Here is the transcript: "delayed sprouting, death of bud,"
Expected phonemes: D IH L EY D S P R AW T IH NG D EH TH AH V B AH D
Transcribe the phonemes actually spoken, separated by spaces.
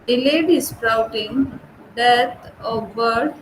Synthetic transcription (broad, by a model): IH L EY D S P R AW T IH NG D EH T AH V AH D